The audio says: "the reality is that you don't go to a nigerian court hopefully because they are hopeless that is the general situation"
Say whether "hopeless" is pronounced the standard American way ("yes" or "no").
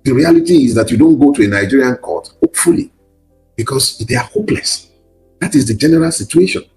yes